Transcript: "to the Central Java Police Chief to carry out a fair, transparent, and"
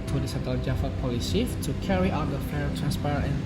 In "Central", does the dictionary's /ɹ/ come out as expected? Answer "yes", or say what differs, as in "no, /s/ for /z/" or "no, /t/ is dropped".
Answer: no, /ɹ/ is dropped